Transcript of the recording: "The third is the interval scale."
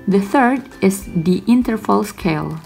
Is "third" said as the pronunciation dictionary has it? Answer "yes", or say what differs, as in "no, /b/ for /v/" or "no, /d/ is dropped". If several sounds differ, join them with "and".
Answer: yes